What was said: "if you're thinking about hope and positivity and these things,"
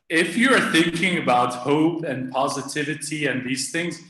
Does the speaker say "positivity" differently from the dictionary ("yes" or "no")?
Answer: no